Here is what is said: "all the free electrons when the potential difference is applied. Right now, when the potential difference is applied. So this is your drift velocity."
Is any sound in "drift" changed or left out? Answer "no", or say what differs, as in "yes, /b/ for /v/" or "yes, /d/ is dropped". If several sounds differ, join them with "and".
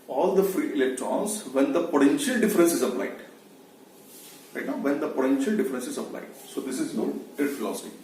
yes, /ɹ/ is dropped